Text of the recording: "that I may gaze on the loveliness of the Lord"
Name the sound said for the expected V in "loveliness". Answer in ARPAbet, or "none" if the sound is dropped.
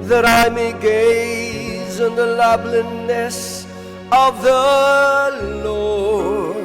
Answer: B